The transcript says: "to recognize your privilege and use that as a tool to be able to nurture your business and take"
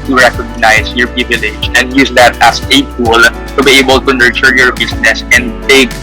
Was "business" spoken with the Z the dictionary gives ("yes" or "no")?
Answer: no